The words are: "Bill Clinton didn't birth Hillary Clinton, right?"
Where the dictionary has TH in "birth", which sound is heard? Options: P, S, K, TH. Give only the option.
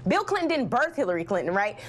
TH